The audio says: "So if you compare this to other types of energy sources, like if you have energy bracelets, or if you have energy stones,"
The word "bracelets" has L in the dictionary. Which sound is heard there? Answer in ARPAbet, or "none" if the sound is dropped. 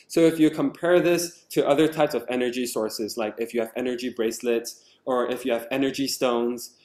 L